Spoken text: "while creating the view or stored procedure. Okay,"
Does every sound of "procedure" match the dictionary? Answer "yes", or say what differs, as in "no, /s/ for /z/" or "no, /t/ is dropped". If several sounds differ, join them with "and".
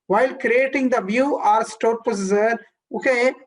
no, /ɹ/ is dropped and /z/ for /dʒ/